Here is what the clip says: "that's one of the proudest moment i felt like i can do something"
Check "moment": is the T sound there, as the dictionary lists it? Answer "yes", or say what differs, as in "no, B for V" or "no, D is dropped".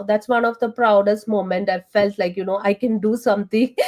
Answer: yes